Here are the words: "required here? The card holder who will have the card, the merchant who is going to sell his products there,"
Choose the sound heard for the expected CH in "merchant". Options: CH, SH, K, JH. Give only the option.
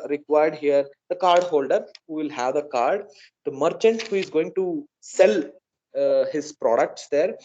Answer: CH